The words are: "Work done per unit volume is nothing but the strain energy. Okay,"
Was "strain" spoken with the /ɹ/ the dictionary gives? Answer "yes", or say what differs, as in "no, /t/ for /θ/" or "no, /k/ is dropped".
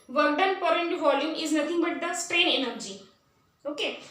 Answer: yes